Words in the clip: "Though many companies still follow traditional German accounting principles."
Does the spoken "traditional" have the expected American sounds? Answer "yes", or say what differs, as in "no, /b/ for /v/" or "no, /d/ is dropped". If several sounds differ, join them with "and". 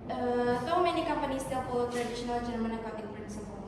yes